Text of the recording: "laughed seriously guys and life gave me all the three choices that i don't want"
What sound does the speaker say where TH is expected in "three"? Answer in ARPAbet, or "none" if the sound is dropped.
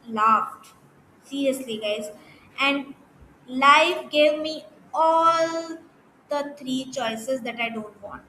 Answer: T